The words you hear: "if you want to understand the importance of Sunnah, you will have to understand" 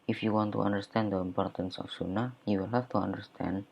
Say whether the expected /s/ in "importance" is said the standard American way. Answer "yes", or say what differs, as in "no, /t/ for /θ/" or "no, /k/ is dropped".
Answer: yes